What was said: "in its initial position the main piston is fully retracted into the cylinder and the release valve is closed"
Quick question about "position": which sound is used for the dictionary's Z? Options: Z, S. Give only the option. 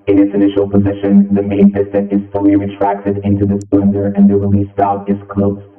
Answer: Z